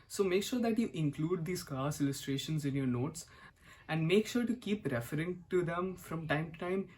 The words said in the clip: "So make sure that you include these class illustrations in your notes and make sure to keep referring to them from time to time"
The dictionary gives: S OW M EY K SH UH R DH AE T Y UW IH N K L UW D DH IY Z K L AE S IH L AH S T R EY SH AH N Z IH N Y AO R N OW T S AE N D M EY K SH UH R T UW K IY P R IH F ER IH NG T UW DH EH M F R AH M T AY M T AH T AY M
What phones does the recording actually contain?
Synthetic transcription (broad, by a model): S OW M EY K SH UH R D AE T Y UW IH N K L UW D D IY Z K AA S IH L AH S T R EY SH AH N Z IH N Y AO R N OW T S AE N D M EY K SH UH R T UW K IY P R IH F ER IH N T UW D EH M F R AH M T AY M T T AY M